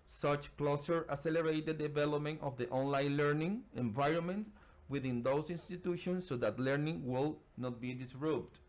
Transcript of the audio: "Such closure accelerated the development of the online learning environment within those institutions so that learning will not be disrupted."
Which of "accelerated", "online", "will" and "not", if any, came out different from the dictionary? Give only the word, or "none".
accelerated